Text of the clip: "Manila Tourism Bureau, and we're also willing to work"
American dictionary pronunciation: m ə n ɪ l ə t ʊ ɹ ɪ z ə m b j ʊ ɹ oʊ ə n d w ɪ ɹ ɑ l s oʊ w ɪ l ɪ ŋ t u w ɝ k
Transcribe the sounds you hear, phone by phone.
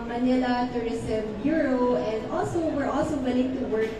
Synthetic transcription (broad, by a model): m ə n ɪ l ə t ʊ ɹ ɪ s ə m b j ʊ ɹ oʊ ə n d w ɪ ɹ ɑ l s oʊ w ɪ l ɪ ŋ t u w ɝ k